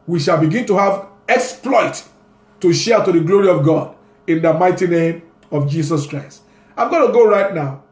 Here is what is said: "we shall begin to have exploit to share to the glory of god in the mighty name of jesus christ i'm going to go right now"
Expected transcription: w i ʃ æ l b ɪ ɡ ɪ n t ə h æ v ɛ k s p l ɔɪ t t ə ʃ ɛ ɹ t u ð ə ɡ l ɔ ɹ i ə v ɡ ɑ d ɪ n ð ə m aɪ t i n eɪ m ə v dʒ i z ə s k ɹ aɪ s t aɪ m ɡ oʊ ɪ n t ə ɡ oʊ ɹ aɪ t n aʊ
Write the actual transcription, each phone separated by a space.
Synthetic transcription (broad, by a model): w i ʃ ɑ l b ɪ ɡ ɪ n t ə h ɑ v ɛ k s p l ɔɪ t t ə ʃ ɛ t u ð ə ɡ l ɔ ɹ i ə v ɡ ɑ d ɪ n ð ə m aɪ t i n eɪ m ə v dʒ i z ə s k ɹ aɪ s t aɪ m ɡ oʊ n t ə ɡ oʊ ɹ aɪ t n aʊ